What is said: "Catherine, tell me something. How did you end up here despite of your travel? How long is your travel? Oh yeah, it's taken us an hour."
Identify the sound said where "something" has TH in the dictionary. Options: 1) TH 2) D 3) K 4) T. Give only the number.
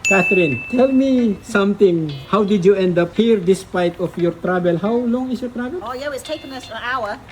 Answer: 4